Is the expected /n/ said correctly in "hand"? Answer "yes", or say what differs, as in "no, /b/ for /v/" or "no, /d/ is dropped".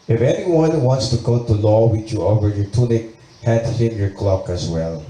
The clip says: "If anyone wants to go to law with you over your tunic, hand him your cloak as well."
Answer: no, /n/ is dropped